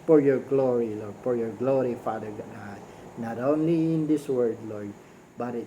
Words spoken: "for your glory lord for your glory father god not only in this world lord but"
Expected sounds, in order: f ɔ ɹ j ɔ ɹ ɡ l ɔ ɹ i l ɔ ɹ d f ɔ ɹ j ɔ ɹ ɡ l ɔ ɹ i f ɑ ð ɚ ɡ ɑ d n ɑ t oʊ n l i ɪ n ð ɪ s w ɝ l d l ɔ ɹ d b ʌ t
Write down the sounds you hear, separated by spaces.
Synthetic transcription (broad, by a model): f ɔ ɹ j ɔ ɹ ɡ l ɔ ɹ i l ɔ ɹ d f ɔ ɹ j ɔ ɹ ɡ l ɔ ɹ i f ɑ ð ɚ ɡ ɑ d n ɑ t oʊ n l i ɪ n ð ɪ s w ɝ d l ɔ ɹ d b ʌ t